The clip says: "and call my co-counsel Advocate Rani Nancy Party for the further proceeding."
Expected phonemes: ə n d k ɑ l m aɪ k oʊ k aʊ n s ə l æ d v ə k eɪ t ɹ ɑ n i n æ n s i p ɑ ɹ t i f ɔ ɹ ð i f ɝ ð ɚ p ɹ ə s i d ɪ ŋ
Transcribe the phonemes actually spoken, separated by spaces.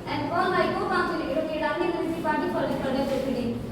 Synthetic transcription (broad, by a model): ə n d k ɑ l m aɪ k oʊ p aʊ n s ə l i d ə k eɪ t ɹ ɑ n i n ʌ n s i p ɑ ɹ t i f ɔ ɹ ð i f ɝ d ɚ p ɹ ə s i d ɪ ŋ